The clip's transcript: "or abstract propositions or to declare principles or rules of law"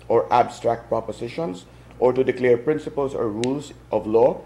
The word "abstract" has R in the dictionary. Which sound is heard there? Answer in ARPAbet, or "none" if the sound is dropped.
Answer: R